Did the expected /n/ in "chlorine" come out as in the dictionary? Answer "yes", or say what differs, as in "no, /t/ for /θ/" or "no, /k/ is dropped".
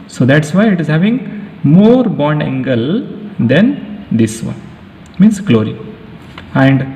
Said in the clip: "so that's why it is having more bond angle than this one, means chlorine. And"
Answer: no, /n/ is dropped